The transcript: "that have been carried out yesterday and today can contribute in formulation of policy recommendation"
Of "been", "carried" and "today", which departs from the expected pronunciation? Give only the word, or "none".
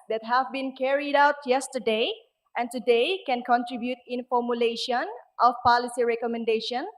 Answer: none